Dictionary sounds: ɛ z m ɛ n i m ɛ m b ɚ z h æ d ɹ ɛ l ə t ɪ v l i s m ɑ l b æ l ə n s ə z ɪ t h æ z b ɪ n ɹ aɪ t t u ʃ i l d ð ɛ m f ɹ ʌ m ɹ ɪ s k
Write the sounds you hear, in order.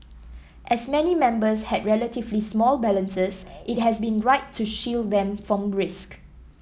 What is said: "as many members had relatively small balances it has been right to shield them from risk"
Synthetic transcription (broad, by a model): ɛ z m ɛ n i m ɛ m b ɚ s h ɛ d ɹ ɛ l ə t ɪ v l i s m ɑ l b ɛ l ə n s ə s ɪ t h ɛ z b ɪ n ɹ aɪ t t u ʃ i l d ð ɛ m f ɹ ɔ m ɹ ɪ s k